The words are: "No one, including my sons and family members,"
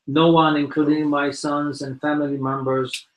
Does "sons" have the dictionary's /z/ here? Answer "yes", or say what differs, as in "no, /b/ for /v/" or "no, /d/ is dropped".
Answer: yes